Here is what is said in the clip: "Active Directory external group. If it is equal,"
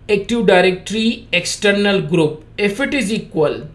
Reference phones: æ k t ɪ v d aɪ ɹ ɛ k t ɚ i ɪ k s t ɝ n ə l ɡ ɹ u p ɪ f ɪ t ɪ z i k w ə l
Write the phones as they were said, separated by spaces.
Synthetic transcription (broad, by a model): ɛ k t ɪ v d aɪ ɹ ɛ k t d i ɪ k s t ɝ n ə l ɡ ɹ u p ɪ f ɪ t ɪ z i k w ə l